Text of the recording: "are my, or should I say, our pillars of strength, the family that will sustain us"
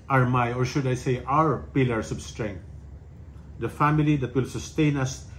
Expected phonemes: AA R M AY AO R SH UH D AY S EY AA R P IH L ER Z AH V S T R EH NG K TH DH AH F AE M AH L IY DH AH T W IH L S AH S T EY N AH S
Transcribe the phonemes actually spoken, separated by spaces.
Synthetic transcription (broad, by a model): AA R M AY AO R SH UH D AY S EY AA R P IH L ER S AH B S T R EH NG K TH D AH F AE M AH L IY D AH T W IH L S AH S T EY N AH S